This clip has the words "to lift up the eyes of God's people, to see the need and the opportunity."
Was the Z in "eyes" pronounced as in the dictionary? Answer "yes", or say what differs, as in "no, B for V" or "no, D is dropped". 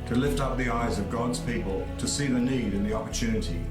yes